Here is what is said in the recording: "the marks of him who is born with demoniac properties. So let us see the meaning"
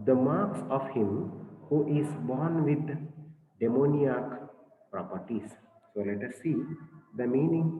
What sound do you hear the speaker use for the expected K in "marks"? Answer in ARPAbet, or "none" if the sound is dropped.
K